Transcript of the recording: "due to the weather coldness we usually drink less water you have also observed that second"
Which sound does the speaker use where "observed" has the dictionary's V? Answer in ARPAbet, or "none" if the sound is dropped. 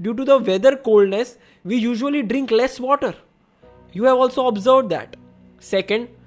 V